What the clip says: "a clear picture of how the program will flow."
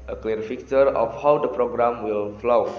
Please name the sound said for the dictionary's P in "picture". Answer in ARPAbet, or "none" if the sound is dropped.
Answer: F